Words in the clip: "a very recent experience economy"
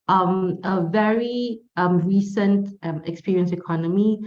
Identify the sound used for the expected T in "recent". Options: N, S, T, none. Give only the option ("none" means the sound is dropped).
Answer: T